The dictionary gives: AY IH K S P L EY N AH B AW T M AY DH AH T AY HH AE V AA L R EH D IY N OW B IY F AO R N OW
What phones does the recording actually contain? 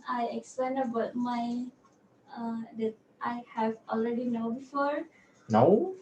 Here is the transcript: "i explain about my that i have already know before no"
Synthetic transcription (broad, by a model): AY IH K S P L EY N AH B AW T M AY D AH T AY HH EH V AA L R EH D IY N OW B IY F AO R N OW